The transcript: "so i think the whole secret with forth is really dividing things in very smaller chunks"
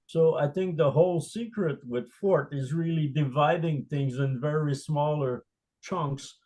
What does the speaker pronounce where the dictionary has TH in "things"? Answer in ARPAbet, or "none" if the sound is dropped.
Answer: TH